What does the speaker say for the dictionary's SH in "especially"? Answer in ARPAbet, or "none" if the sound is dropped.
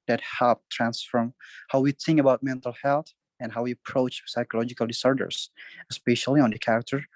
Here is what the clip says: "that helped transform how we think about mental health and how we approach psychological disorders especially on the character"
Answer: SH